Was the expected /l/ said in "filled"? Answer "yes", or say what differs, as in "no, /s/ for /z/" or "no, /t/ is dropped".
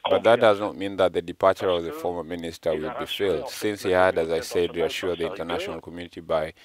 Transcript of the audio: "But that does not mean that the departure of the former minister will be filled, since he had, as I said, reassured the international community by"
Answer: yes